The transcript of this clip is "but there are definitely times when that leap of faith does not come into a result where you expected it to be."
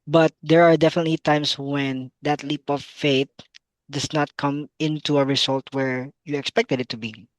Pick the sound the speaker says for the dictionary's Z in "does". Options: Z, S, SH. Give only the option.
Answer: S